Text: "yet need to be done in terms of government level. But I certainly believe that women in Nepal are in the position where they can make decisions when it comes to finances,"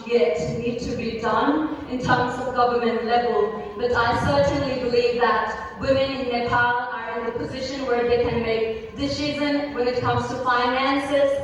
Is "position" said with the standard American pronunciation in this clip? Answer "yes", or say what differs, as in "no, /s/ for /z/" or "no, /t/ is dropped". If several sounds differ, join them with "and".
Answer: yes